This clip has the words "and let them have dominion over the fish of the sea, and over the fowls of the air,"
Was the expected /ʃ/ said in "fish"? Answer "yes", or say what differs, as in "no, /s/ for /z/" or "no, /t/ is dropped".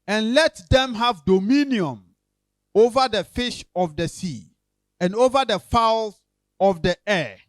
yes